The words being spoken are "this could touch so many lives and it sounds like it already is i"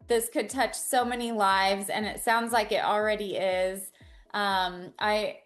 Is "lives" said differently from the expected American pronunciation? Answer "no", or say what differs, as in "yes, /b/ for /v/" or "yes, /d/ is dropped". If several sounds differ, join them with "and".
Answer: no